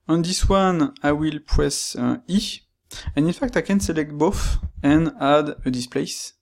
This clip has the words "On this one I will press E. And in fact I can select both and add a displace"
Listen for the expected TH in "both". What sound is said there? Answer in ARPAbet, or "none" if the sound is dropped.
F